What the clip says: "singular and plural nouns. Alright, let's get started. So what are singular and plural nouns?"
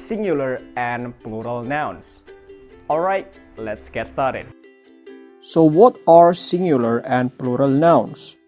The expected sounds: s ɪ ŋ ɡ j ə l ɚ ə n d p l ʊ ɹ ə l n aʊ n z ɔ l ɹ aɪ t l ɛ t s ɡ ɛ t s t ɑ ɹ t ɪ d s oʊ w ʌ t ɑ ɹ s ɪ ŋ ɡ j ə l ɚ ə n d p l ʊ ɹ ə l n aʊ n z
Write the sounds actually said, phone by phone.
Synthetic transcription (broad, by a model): s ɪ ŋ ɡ j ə l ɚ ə n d p l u ɹ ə l n aʊ n s ɔ l ɹ aɪ t l ɛ t s ɡ ɛ t s t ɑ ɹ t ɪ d s oʊ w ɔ t ɑ ɹ s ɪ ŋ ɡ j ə l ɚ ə n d p l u ɹ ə l n aʊ n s